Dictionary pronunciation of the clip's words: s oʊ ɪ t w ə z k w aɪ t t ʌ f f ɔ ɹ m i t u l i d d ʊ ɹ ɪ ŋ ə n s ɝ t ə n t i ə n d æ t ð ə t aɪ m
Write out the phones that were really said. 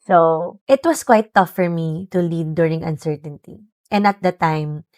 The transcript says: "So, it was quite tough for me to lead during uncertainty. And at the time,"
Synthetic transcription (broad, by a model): s oʊ ɪ t w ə s k w aɪ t t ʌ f f ɔ ɹ m i t u l i d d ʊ ɹ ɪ ŋ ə n s ɝ t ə n t i ə n d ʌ t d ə t aɪ m